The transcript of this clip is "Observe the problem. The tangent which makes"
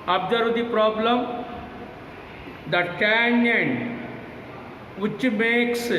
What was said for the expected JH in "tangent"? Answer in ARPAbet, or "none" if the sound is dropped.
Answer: none